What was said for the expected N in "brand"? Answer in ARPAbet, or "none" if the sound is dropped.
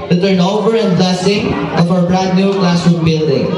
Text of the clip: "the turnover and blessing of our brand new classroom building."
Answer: none